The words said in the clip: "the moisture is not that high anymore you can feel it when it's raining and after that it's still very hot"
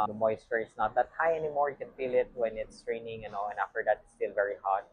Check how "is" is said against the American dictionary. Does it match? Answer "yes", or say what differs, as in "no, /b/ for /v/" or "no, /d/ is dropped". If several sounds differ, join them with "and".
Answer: no, /s/ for /z/